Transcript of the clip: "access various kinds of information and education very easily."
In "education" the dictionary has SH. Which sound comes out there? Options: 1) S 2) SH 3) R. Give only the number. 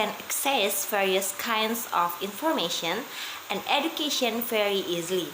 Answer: 2